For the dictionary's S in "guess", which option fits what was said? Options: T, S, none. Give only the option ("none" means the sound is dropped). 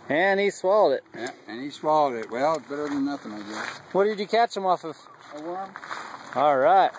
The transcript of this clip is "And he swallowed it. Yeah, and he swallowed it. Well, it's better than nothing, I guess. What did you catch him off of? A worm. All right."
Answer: none